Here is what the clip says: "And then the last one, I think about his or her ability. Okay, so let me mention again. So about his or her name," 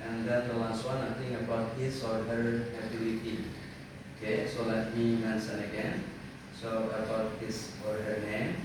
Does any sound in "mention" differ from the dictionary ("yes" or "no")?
yes